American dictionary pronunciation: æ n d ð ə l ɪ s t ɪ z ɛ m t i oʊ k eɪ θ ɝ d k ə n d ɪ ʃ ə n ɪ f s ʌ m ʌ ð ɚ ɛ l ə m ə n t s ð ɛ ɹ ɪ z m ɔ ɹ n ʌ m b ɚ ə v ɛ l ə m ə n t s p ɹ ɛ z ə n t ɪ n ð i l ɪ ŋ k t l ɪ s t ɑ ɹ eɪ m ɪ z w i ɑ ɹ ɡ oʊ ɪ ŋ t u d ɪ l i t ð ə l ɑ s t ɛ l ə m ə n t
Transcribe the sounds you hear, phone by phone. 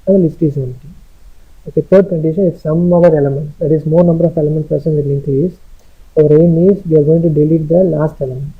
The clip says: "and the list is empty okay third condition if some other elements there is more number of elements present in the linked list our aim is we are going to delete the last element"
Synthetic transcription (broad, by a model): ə l ɪ s t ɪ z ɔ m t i oʊ k eɪ t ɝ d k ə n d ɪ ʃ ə n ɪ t s ʌ m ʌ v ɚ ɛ l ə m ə n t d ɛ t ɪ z m ɔ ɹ n ʌ m b ɚ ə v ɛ l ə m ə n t p ɹ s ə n ɪ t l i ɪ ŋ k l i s ɑ ɹ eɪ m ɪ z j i ɑ ɹ ɡ oʊ ɪ ŋ t u d ɪ l i t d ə l ɑ s t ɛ l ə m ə n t